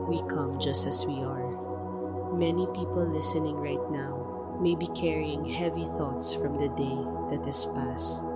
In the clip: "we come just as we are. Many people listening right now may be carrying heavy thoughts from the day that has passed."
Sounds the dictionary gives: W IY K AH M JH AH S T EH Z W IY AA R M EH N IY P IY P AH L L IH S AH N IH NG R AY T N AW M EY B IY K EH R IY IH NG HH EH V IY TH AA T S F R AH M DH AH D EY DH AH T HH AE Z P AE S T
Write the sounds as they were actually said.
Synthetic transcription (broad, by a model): W IY K AH M JH AH S T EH S W IY AA R M EH N IY P IY P AH L L IH S AH N IH NG R AY T N AW M EY B IY K EH R IY IH NG HH EH V IY TH AA T S F R AH M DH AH D EY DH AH T HH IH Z P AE S T